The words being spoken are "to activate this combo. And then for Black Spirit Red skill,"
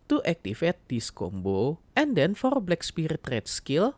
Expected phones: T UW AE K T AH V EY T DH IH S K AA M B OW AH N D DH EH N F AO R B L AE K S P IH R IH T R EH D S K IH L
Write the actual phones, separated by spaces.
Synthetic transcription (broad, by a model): T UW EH K T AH F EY T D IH S K AA M B OW AH N D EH N F AO R B L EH K S P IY R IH T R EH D S K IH L